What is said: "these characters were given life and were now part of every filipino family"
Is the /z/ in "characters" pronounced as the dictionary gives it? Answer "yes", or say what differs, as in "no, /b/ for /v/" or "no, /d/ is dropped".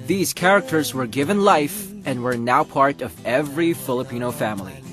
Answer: yes